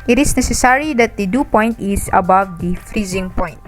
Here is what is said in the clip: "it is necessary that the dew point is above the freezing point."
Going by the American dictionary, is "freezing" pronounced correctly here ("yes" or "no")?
yes